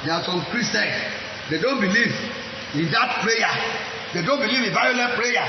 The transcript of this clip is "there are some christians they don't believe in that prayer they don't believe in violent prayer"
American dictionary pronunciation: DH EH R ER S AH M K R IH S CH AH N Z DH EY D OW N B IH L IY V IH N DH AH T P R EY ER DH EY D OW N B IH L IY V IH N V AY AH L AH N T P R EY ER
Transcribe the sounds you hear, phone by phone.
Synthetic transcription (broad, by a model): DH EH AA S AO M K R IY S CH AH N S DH EY D OW N B IH L IY V IH N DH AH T P R EY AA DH EY D OW N B IH L IY V IH N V AY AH L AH T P R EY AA